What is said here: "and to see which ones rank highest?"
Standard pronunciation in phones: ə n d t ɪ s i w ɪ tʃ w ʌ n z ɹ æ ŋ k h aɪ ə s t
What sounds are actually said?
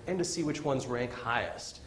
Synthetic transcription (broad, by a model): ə n t ɪ s i w ɪ tʃ w ʌ n z ɹ æ ŋ k h aɪ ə s t